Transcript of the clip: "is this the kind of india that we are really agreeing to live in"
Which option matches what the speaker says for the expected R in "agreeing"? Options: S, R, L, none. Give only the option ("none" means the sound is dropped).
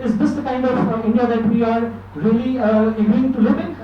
none